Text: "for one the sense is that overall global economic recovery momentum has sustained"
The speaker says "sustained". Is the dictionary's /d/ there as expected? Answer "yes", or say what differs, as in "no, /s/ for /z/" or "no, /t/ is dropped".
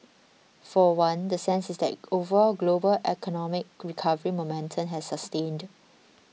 yes